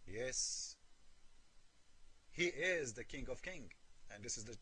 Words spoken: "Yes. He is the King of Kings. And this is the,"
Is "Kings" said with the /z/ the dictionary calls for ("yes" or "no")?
no